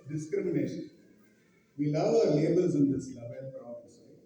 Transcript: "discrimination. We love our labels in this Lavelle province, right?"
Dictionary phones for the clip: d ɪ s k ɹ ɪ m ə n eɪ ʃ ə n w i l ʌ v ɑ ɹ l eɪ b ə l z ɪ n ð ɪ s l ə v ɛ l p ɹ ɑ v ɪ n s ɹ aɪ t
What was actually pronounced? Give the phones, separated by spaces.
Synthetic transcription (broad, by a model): d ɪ s k ɹ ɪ m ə n eɪ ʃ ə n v i l ʌ v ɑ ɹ l eɪ b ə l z ɪ n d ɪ s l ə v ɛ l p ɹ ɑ ɪ s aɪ